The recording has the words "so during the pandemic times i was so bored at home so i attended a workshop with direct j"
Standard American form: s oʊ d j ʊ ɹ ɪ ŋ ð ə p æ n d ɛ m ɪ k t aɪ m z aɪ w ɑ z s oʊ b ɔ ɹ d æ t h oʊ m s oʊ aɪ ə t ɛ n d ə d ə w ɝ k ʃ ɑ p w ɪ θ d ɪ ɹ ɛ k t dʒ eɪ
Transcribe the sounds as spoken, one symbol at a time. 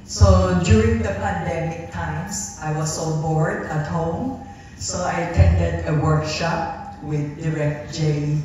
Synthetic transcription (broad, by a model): s oʊ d j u ɹ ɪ ŋ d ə p æ n d ɛ m ɪ k t aɪ m s aɪ w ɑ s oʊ b ɔ ɹ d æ t h oʊ m s oʊ aɪ ə t ɛ n d ə d ə w ɝ k ʃ ɑ p w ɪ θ d ɪ ɹ ɛ k t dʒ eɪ